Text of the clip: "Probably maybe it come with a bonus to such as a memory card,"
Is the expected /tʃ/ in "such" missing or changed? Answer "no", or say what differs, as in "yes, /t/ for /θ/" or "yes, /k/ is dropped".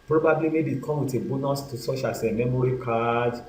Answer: yes, /ʃ/ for /tʃ/